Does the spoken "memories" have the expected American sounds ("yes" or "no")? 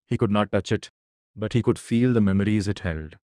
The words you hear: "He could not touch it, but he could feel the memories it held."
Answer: yes